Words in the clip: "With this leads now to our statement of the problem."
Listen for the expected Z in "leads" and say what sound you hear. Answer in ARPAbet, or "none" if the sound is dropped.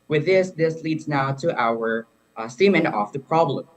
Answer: Z